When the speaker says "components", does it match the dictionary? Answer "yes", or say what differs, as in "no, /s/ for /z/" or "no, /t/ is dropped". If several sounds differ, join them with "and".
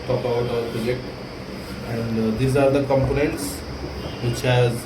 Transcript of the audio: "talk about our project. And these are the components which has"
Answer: yes